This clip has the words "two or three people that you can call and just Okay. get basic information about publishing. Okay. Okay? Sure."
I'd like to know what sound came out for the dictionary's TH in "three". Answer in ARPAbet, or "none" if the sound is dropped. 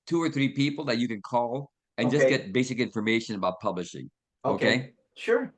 TH